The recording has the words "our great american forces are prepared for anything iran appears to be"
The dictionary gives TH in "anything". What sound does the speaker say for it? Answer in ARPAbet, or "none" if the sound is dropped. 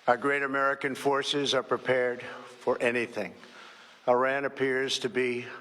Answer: TH